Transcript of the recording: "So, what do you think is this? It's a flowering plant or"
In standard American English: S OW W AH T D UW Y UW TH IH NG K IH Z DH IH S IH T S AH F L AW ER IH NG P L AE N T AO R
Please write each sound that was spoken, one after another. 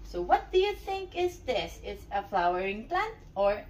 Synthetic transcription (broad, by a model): S OW W AH T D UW Y UW TH IH NG K IH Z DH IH S IH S AH F L AW ER IH NG P L AE N T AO R